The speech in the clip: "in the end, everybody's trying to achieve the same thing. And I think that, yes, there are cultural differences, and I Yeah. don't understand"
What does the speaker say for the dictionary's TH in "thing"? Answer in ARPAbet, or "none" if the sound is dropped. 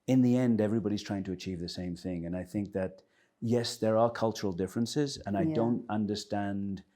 TH